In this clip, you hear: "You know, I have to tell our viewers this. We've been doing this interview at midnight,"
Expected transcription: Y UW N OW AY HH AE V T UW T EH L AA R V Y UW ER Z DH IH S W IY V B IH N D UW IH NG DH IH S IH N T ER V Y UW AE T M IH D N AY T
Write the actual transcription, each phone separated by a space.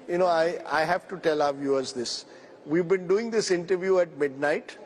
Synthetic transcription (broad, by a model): Y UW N OW AY HH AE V T UW T EH L AA R V Y UW ER Z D IH S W IY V B IH N D UW IH NG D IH S IH N T ER V Y UW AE T M IH D N AY T